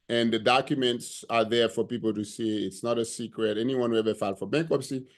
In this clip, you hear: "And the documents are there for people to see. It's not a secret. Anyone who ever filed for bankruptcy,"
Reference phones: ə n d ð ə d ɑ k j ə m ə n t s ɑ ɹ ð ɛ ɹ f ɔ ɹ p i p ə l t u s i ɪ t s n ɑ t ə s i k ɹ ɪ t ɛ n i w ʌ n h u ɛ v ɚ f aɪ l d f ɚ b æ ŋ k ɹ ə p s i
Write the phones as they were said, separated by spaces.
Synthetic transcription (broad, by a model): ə n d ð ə d ɑ k j ə m ə n t s ɑ ɹ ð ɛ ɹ f ɔ ɹ p i p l t u s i ɪ t s n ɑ t ə s i k ɹ ɪ t ɛ n i w ʌ n h u ɛ v ɚ f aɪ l f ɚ b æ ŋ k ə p s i